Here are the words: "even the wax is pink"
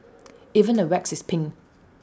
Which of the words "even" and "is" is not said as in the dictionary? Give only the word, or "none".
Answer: is